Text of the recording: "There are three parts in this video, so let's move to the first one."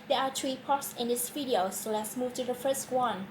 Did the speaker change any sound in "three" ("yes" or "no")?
yes